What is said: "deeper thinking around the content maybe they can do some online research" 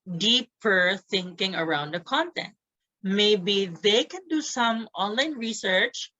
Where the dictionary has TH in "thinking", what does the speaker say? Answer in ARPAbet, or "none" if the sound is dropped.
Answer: TH